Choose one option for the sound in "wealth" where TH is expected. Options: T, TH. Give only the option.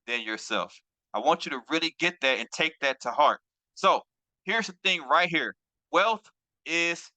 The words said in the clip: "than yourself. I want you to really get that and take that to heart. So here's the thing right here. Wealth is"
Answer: TH